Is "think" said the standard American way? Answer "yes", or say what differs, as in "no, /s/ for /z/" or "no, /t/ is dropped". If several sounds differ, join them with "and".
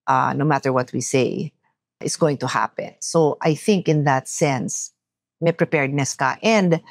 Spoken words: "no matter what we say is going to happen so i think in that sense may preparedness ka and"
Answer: yes